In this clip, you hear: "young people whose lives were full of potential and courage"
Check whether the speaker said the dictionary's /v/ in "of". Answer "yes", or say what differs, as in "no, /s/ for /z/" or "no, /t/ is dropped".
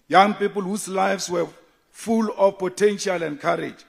no, /f/ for /v/